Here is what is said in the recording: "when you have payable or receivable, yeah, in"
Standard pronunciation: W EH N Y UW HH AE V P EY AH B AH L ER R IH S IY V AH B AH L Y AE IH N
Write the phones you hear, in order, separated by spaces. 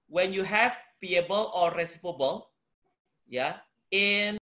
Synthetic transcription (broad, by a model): W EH N Y UW HH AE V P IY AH B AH L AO R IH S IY P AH B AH L Y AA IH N